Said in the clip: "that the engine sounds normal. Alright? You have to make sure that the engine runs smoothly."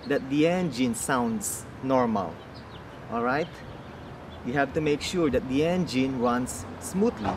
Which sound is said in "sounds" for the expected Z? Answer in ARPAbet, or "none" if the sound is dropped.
S